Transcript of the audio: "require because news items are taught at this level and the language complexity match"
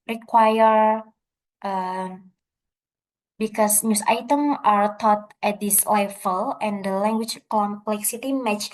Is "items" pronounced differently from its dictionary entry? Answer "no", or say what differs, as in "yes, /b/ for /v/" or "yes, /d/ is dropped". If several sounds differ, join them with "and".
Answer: yes, /z/ is dropped